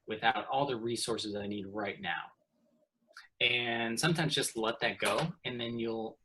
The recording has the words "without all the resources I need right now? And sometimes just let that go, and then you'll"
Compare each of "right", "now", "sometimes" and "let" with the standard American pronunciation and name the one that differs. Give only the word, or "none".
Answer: none